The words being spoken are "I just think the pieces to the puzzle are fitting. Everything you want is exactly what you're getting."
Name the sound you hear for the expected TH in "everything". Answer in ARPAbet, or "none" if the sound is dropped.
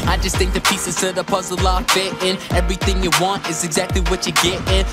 TH